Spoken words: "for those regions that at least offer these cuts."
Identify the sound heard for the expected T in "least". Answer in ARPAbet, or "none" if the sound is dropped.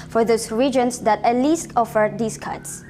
T